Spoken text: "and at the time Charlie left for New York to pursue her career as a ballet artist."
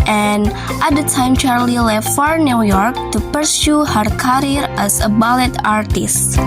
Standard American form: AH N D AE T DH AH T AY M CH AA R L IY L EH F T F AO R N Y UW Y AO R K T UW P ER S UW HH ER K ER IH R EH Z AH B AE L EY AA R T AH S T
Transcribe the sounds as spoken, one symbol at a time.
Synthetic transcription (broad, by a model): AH N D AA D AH T AY M CH AA R L IY L EH F T F AO R N Y UW Y AO R K T UW P ER S UW HH ER K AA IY R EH S AH B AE L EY AA R T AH S T